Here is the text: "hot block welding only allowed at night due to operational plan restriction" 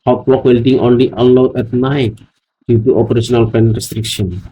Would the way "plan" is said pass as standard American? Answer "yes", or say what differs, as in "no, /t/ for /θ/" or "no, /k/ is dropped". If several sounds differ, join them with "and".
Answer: no, /l/ is dropped